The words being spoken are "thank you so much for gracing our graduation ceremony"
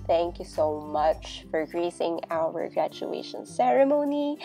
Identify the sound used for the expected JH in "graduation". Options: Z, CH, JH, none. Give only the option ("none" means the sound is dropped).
CH